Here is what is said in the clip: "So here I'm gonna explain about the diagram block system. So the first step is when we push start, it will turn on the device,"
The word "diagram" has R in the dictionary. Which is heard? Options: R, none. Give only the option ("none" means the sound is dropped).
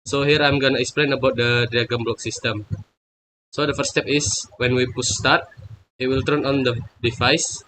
none